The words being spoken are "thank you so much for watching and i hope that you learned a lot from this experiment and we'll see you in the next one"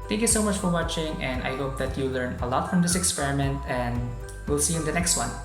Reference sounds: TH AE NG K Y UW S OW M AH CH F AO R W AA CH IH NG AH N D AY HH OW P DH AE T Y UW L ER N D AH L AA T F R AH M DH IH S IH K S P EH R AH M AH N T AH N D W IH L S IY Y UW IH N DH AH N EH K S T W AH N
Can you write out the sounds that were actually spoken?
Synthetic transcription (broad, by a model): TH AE NG K Y UW S OW M AH CH F AO R W AA CH IH NG AH N D AY HH OW P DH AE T Y UW L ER N AH L AA T F R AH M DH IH S IH K S P EH R AH M AH N T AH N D W IH L S IY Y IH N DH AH N EH K S T W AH N